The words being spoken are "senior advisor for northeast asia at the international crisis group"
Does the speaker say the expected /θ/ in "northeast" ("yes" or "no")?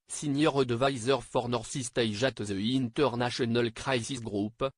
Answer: no